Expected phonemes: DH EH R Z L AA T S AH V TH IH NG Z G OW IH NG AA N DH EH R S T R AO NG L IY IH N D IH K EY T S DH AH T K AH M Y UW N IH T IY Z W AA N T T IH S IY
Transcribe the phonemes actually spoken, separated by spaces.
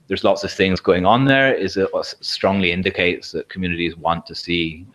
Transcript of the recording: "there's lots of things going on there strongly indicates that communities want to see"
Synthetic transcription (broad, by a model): DH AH R Z L AA T S AH V TH IH NG Z G OW IH NG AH N DH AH R S T R AO NG L IY IH N D IH K EY T S DH AH T K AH M Y UW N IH T IY Z W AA N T T IH S IY